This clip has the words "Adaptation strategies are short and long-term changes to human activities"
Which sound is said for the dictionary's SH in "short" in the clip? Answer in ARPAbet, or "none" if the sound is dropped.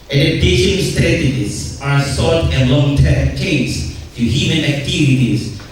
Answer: S